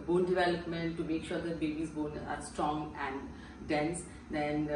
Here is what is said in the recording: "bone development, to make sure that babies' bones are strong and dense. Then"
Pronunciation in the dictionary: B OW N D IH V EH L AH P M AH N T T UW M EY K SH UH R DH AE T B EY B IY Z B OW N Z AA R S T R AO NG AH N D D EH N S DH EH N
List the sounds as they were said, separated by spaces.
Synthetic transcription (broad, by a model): B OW N D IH V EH L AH P M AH N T T UW M EY K SH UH R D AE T B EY B IY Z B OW N AA R S T R AO NG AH N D D EH N S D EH N